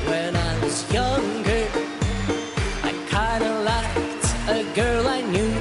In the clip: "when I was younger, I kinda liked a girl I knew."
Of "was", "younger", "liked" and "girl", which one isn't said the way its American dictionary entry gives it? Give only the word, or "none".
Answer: none